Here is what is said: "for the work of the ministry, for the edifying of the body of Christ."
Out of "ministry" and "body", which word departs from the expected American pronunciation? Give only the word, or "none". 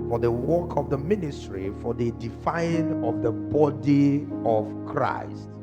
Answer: none